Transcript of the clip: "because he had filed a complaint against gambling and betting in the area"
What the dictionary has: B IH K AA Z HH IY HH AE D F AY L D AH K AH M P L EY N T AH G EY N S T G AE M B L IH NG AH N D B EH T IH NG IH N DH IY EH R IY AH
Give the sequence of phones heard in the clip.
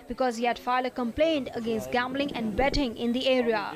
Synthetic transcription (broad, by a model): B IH K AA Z HH IY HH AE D F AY D AH K AH M P L EY N T AH G EY N S T G AE M B L IH NG AH N D B EH T IH NG IH N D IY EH R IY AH